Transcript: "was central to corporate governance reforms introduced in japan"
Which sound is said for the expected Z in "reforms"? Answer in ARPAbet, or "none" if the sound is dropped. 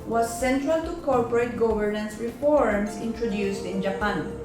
S